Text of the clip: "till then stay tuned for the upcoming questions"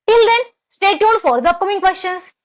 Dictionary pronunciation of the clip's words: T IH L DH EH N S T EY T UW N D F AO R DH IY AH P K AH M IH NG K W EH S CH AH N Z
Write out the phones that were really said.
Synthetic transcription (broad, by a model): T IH L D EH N S T EY T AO D F AO R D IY AH P K AH M IH NG K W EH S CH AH N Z